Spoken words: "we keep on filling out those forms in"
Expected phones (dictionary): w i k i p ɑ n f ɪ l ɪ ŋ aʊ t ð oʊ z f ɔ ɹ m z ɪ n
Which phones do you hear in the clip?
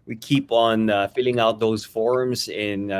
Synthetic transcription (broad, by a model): w i k i p n f ɪ l ɪ ŋ aʊ t ð oʊ z f ɔ ɹ m z ɪ n